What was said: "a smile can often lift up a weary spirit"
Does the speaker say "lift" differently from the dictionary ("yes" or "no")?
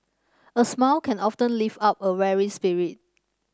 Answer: yes